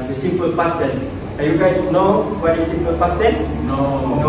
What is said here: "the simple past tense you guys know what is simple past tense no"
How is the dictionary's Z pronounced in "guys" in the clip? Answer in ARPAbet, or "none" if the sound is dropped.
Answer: S